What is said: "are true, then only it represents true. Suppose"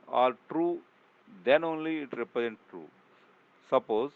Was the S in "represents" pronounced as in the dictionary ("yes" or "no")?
no